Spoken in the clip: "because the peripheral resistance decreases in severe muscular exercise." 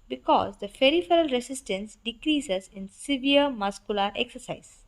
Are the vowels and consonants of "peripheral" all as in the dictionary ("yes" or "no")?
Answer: no